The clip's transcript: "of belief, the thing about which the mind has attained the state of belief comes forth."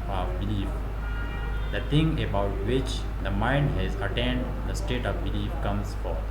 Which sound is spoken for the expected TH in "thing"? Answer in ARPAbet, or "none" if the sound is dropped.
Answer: T